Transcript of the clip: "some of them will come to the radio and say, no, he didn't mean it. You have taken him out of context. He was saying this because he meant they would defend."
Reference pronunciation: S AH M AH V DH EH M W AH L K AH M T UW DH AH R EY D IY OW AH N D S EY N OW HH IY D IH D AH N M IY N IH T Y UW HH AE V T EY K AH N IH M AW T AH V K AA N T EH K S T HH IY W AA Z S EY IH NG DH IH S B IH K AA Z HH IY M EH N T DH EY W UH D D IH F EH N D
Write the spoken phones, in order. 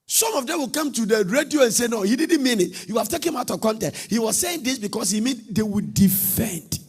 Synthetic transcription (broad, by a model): S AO M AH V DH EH M W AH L K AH M T UW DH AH R EY D IY OW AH N S EY N OW HH IY D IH D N M IY N IH T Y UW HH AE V T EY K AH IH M AW T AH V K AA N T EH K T HH IY W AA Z S EY IH NG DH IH S B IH K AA S HH IY M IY N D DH EY W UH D D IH F EH N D